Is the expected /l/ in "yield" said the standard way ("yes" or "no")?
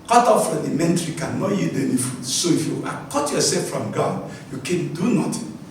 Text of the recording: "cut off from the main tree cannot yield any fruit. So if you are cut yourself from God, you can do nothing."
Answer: no